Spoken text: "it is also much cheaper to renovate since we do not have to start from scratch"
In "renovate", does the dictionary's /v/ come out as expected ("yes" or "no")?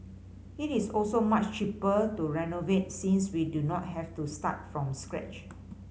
yes